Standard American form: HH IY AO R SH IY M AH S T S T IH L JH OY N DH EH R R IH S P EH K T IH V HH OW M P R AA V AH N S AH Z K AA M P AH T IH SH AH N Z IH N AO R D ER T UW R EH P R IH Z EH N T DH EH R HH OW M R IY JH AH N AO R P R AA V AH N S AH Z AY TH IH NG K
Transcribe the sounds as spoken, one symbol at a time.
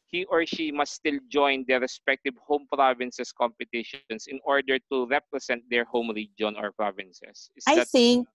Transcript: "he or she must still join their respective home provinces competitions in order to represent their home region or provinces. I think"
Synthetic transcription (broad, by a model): HH IY AO R SH IY M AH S S T IH L JH OY N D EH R R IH S P EH K T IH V HH OW M P R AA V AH N S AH S K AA M P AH T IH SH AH N S IH N AO R D ER T UW R EH P R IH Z EH N T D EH R HH OW M R IY JH AH N AO R P R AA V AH N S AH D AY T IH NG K